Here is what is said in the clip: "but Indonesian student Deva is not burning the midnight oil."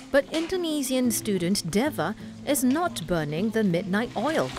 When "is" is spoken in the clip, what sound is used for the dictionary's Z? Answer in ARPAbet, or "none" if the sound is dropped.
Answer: Z